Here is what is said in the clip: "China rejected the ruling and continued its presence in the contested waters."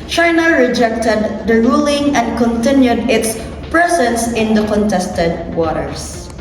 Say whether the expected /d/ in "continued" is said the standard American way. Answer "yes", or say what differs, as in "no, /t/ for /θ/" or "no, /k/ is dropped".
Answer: yes